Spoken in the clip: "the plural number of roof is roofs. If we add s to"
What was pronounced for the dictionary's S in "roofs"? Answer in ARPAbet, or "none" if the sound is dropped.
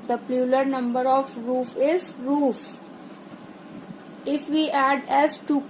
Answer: none